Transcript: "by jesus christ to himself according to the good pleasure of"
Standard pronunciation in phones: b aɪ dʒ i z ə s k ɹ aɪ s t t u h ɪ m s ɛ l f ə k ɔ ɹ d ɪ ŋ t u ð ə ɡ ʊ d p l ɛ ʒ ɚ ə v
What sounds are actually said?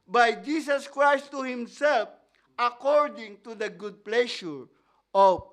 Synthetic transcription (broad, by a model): b aɪ dʒ i s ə s k ɹ aɪ s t t u h ɪ m s ɛ l f ə k ɔ ɹ d ɪ ŋ t u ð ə ɡ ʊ d p l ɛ ʃ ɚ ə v